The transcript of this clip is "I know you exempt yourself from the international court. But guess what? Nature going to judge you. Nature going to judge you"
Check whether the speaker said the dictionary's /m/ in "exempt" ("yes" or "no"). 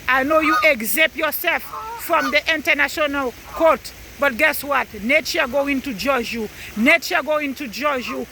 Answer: no